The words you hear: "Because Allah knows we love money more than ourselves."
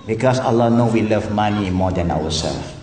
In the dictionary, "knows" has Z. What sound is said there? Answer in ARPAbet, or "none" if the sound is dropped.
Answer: none